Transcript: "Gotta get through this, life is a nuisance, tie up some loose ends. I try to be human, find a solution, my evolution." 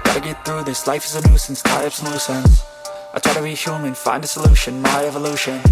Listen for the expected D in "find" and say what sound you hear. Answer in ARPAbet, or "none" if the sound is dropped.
D